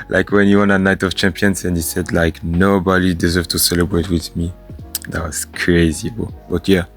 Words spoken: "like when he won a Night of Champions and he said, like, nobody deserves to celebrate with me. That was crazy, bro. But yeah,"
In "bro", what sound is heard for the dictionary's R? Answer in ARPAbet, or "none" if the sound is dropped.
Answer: none